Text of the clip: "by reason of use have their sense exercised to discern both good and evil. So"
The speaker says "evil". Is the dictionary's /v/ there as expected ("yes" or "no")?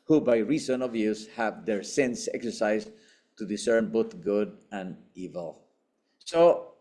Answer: yes